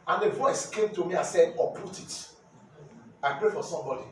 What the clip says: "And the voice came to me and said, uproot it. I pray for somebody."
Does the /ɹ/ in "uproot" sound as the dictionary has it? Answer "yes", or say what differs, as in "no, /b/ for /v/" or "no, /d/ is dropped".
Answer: no, /ɹ/ is dropped